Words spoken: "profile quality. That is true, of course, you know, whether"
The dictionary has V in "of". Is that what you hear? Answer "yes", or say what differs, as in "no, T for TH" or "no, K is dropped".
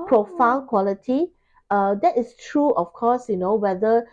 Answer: no, F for V